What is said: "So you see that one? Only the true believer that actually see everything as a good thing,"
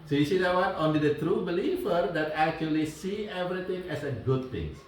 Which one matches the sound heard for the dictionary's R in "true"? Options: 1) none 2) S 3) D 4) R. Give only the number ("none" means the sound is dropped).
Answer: 4